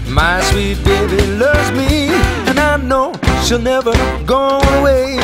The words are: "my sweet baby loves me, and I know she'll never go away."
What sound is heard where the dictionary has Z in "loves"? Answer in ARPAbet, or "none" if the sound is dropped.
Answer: Z